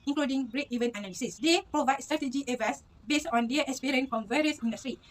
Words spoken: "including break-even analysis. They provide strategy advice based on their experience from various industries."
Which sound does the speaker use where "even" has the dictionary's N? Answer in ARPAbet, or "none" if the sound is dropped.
N